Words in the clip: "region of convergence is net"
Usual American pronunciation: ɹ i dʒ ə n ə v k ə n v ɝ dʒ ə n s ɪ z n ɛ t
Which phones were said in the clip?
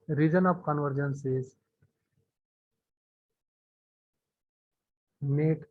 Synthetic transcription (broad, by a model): ɹ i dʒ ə n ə p k ə n v ɝ dʒ ə n s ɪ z n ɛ t